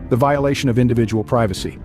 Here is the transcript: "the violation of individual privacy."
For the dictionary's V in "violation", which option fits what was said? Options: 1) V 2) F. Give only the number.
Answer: 1